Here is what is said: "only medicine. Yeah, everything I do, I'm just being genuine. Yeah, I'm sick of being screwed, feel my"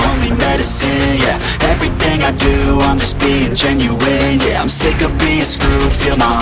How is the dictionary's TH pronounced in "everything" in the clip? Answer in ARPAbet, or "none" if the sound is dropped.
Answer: TH